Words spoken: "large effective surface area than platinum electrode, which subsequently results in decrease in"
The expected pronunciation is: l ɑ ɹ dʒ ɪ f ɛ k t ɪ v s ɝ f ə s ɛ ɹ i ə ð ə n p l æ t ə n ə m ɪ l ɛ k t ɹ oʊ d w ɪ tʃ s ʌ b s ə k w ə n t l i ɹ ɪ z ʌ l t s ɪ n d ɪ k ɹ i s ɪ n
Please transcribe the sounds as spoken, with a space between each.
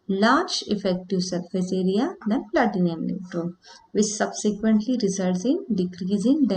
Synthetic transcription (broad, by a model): l ɑ ɹ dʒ ɪ f ɛ k t ɪ v s ɝ f ə s ɛ ɹ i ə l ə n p l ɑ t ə n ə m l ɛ t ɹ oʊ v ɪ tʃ s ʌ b s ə k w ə n t l i ɹ ɪ z ʌ l t s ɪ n d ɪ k ɹ i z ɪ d